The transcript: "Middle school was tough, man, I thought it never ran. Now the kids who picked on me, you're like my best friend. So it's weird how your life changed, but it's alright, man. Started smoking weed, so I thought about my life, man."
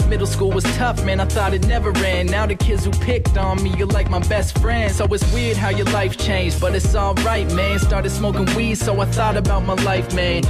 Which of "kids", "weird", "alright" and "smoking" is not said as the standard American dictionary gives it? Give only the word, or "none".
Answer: alright